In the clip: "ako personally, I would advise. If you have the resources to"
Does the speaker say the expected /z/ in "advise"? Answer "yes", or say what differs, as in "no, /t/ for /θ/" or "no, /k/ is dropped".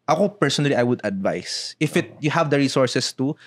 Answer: no, /s/ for /z/